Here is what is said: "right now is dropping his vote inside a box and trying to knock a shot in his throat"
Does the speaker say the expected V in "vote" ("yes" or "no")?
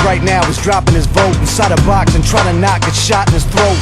no